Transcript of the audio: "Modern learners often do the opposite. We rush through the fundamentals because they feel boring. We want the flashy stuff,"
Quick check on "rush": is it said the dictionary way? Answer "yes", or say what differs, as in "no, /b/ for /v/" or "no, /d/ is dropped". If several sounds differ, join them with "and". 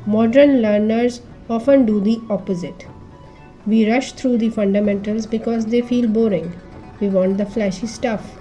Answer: yes